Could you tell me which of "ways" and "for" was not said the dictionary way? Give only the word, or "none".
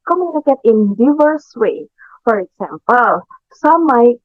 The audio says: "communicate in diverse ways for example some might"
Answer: ways